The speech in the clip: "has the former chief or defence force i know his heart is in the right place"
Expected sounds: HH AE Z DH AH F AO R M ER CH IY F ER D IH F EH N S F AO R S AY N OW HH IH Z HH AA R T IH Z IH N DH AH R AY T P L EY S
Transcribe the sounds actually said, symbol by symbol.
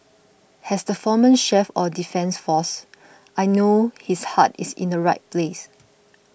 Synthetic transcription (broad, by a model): HH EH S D AH F AO M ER SH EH F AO D IH F EH N S F AO S AY N OW HH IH S HH AA T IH S IH N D AH R AY T P L EY S